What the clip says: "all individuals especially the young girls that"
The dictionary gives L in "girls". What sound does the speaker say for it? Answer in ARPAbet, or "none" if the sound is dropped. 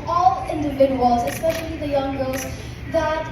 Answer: none